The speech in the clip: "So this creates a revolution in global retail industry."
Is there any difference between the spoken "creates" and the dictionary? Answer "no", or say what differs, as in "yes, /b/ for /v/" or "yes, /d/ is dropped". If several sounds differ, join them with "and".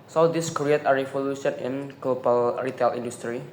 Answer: yes, /s/ is dropped